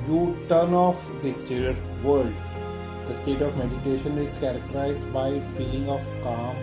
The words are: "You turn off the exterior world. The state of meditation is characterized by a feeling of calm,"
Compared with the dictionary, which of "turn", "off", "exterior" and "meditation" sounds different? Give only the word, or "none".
exterior